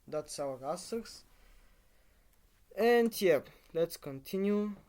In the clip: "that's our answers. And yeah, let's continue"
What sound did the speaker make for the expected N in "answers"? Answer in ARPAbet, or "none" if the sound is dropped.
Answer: none